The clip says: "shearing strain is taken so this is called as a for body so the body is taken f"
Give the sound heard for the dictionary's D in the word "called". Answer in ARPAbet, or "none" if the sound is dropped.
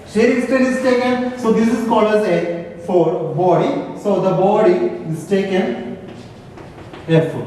none